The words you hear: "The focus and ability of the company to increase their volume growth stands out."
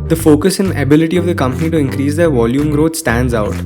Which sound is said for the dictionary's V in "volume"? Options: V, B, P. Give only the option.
V